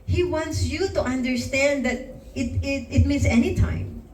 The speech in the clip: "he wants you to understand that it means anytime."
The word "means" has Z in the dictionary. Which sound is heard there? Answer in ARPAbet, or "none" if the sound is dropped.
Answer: S